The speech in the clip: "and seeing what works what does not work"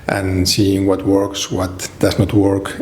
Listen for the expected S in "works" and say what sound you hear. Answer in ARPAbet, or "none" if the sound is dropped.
S